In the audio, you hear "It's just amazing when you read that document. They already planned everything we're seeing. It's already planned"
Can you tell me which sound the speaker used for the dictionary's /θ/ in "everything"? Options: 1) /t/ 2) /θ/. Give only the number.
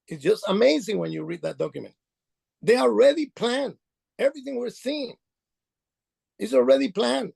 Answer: 2